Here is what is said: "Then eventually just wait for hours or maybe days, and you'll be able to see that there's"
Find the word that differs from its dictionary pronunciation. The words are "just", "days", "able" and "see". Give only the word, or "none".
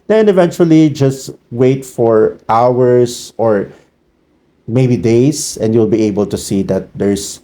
days